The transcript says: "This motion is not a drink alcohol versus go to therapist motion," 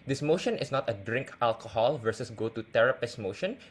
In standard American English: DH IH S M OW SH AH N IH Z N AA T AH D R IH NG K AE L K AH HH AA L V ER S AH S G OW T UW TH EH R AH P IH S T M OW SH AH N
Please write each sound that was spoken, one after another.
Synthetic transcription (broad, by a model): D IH S M OW SH AH N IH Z N AA T AH D R IH NG K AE L K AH HH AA L V ER S AH S G OW T UW T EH R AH P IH S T M OW SH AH N